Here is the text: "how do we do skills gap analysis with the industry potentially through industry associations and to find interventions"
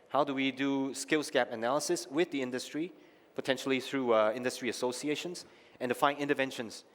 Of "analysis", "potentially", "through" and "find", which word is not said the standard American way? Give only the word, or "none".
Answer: find